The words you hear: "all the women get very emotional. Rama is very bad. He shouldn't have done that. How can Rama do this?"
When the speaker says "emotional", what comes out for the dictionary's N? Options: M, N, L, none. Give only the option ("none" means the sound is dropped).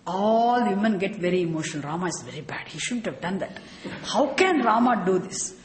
none